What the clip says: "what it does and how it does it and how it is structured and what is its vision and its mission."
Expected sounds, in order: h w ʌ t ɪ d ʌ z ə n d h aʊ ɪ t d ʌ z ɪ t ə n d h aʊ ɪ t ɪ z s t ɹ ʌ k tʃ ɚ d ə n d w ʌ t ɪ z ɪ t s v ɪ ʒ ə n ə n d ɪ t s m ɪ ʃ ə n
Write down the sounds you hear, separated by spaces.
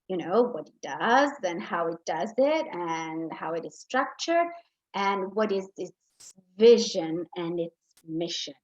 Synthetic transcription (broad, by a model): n w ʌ t ɪ d ʌ z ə n h aʊ ɪ t d ʌ z ɪ t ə n h aʊ ɪ t ɪ z s t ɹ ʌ k tʃ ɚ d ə n w ʌ t ɪ z ɪ t s v ɪ ʒ ə n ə n ɪ t s m ɪ ʃ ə n